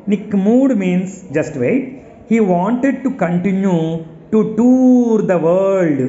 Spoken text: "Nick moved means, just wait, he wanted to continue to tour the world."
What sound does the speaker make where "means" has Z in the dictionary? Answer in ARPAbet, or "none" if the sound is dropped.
S